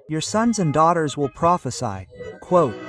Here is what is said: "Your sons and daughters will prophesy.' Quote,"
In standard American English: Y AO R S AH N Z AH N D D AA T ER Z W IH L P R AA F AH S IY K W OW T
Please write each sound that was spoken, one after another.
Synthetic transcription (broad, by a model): Y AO R S AH N Z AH N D D AA T ER Z W IH L P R AA F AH S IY K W OW T